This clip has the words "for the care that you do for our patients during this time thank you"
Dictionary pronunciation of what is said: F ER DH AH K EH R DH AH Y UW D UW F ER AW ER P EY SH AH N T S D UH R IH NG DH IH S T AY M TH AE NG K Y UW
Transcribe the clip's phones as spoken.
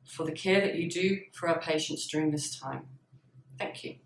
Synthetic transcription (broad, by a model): F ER DH AH K EH DH AH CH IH D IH F ER AW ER P EY SH AH N T S D UH R IH NG DH IH S T AY M TH AE NG K Y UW